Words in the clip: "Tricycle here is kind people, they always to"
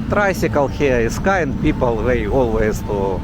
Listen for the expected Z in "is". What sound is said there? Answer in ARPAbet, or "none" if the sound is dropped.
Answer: S